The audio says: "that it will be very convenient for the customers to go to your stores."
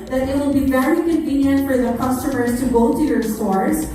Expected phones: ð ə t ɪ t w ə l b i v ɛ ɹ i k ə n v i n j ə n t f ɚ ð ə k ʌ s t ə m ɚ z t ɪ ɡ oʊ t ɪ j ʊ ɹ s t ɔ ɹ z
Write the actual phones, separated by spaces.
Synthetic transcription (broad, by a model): ð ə t ɪ t w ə l b i v ɛ ɹ i k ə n v i n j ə n t f ɚ ð ə k ʌ s t ə m ɚ z t ɪ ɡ oʊ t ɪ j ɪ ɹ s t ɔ ɹ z